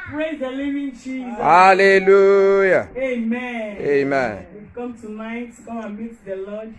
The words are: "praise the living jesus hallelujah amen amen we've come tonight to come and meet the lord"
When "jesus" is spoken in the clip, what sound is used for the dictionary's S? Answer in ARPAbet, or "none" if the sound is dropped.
none